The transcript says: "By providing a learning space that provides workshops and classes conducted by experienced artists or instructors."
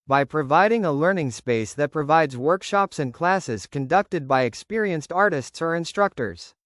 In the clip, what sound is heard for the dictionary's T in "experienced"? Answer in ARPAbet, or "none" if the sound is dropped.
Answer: T